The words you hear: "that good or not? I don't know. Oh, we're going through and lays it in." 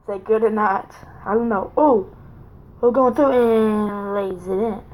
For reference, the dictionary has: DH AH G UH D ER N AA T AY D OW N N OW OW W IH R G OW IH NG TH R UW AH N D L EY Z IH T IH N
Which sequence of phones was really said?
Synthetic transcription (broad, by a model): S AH G UH D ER N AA T AY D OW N N OW OW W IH L G OW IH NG TH R UW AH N L EY Z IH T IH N